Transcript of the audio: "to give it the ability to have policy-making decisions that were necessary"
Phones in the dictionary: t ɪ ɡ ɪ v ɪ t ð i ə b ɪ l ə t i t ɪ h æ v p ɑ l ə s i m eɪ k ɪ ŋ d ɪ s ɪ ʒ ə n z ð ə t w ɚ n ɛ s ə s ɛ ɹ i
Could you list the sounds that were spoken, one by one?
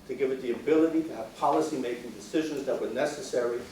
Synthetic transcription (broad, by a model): t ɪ ɡ ɪ v ɪ t ð i ə b ɪ l ə t i t ɪ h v p ɑ l ə s i m eɪ k ɪ ŋ d ɪ s ɪ ʒ ə n z ð ə t w ɚ n ɛ s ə s ɛ ɹ i